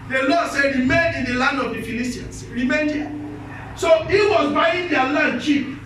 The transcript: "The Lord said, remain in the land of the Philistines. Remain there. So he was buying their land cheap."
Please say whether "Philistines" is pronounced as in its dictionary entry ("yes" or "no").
no